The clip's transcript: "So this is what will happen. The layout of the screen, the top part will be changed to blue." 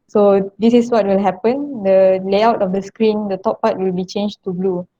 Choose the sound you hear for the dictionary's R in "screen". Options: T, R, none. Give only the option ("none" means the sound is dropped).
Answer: R